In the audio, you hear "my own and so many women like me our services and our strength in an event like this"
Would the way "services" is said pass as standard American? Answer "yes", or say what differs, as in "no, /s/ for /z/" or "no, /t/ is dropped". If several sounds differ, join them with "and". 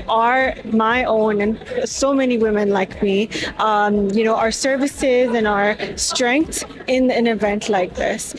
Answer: yes